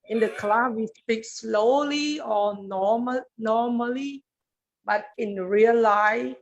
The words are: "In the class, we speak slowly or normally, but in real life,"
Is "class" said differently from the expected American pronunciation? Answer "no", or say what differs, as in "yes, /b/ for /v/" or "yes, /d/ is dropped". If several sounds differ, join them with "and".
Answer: yes, /s/ is dropped